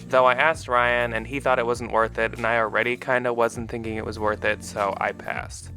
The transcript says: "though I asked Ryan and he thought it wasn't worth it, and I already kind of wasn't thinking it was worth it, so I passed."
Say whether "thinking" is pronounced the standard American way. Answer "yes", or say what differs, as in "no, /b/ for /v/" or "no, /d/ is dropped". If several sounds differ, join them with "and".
yes